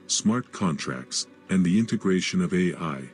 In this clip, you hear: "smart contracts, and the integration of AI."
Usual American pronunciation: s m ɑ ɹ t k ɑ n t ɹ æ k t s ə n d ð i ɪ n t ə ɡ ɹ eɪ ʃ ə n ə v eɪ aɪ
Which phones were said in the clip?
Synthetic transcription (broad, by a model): s m ɑ ɹ t k ɑ n t ɹ æ k t s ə n ð i ɪ n t ə ɡ ɹ eɪ ʃ ə n ə v eɪ aɪ